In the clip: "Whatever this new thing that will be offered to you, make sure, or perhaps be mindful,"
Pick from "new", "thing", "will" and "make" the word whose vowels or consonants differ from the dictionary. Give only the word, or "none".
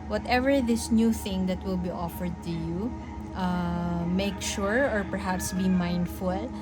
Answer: none